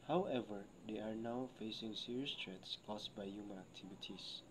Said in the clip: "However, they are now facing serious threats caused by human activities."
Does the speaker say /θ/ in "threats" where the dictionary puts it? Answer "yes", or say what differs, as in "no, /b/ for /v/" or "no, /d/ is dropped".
no, /t/ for /θ/